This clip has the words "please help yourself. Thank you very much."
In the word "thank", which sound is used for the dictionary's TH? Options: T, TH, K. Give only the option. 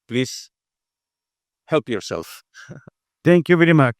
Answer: T